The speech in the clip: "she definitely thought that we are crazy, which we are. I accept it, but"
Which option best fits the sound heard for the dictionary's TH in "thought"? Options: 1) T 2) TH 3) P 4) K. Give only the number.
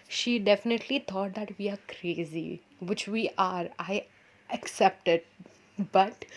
1